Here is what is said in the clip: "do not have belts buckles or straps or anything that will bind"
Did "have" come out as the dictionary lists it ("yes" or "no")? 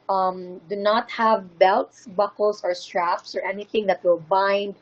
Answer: yes